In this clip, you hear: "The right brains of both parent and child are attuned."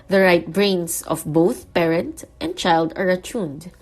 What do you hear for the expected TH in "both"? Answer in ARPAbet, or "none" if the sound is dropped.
TH